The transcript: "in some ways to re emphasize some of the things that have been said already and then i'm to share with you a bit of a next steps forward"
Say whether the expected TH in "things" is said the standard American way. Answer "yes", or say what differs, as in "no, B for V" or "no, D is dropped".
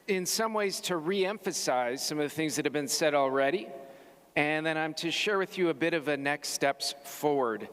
yes